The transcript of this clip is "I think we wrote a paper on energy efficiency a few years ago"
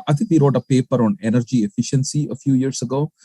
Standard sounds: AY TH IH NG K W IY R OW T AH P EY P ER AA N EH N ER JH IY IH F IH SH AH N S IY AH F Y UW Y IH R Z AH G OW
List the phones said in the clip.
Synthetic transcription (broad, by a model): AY T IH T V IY R OW T AH P EY P ER AA N EH N ER JH IY IH F IH SH AH N S IY AH F Y UW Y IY R S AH G OW